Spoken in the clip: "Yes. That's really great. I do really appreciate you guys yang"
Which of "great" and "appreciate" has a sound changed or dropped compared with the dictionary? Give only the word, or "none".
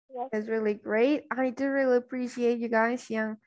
none